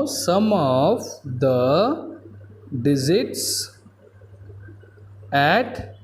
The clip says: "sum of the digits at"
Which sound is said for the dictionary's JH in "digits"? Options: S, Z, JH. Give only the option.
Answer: Z